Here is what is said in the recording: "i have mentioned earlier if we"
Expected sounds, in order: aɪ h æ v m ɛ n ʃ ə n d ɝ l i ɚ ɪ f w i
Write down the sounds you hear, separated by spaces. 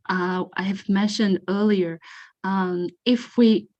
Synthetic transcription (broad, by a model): aɪ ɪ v m ɛ n ʃ ə n d ɝ l i ɚ ɪ f w i